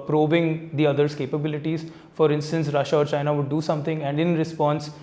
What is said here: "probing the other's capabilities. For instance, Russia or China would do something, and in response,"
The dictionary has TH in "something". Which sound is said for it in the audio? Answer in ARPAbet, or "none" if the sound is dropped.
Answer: T